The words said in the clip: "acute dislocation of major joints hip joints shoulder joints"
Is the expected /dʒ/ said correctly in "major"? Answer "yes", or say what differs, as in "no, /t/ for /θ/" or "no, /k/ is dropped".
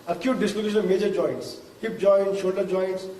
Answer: yes